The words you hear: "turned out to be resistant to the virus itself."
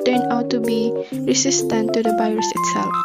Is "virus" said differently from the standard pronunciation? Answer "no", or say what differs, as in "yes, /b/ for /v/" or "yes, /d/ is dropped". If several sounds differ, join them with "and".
yes, /b/ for /v/